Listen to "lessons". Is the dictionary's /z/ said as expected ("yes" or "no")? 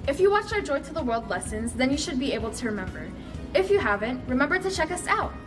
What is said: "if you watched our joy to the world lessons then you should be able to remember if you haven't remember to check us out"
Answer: yes